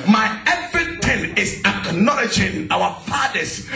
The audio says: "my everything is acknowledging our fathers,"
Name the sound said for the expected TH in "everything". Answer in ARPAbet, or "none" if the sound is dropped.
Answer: T